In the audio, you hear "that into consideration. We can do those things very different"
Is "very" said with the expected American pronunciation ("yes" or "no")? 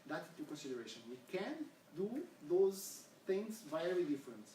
no